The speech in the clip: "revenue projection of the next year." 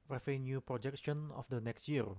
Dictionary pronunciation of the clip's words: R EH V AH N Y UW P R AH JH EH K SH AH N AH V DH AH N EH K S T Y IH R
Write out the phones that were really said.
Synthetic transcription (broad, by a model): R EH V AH N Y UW P R AH JH EH K SH AH N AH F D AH N EH K S T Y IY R